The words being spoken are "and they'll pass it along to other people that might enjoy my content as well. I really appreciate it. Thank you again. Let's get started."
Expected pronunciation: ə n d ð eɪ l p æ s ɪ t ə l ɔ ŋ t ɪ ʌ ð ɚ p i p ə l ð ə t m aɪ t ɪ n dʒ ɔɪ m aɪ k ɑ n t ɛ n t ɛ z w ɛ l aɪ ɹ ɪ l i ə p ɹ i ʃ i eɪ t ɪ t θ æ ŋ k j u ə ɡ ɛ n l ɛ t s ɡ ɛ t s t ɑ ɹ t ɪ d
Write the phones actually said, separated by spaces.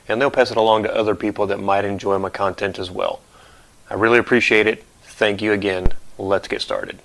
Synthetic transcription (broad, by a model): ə n ð eɪ l p æ s ɪ t ə l ɔ ŋ t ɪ ʌ ð ɚ p i p l ð ə t m aɪ t ɪ n dʒ ɔɪ m aɪ k ɑ n t ɛ n t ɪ z w ɛ l aɪ ɹ ɪ l i ə p ɹ i ʃ i eɪ t ɪ t θ æ ŋ k j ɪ ə ɡ ɛ n l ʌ t s ɡ ɛ t s t ɑ ɹ t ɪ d